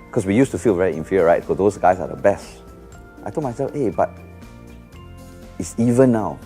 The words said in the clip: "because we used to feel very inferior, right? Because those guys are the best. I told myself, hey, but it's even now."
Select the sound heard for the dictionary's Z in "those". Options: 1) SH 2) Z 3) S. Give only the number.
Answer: 3